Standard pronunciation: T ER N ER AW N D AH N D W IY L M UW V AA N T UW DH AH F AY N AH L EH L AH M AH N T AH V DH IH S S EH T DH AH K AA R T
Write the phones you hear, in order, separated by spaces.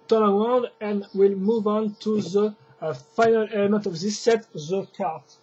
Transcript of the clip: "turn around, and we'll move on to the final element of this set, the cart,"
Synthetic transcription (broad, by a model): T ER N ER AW N D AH N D W IY L M UW V AA N T UW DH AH F AY N AH L EH L AH M AH N T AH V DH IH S S EH T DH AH K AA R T